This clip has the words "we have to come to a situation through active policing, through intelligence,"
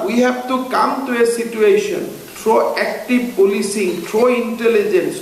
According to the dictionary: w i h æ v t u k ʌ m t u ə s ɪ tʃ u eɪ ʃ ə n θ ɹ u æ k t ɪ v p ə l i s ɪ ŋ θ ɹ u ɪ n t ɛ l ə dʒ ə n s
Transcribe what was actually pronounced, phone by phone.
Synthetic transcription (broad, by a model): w i h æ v t u k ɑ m t u ə s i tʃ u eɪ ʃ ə n t ɹ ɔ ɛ k t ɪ b p ə l i s ɪ ŋ t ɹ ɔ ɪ n t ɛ l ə dʒ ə n s